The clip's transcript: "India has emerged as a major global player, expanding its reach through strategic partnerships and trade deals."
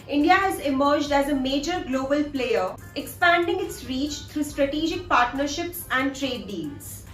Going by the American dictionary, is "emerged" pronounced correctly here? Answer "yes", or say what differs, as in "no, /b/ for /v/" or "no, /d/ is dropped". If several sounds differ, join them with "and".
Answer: yes